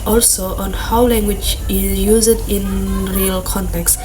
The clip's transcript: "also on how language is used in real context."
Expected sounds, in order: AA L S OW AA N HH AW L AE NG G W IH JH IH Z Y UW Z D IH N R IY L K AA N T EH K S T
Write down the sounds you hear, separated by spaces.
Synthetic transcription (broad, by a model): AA L S OW AA N HH AW L AE NG G W IH JH IH Z Y UW Z D IH N R IY L K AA N T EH K S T